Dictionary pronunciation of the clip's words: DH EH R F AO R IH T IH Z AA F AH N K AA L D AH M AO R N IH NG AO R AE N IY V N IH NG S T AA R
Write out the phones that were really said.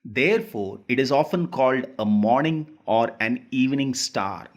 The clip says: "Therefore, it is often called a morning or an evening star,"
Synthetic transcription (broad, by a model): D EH R F AO R IH T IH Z AA F AH N K AA L D AH M AO R N IH NG AO R AE N IY V N IH NG S T AA R